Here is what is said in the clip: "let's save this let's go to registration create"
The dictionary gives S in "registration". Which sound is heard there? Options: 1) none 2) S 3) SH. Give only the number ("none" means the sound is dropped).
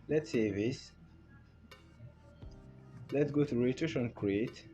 1